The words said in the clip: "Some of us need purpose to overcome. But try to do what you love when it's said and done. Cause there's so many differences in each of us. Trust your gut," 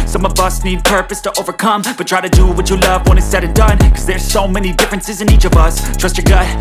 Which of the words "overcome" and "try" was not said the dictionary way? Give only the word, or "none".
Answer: none